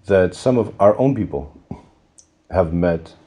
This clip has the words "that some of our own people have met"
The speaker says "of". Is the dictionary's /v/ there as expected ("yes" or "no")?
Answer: yes